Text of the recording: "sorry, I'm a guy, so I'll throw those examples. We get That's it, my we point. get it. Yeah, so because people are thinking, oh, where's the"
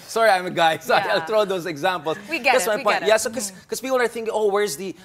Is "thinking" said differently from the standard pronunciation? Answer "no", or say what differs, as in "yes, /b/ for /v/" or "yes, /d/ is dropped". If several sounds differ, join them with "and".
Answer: no